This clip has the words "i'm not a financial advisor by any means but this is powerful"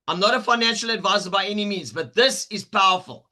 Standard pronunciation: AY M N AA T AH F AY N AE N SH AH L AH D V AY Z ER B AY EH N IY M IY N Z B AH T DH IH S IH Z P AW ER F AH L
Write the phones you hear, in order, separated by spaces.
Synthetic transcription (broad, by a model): AY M N AA T AH F AY N AE N SH AH L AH D V AY Z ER B AY EH N IY M IY N Z B AH T DH IH S IH Z P AW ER F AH L